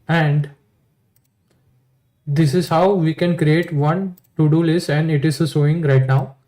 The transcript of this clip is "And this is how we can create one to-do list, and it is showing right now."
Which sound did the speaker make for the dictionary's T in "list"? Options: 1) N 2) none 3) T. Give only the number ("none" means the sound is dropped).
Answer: 2